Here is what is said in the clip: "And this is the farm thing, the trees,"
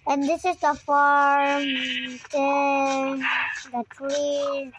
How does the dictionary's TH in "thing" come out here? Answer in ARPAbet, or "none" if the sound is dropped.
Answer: T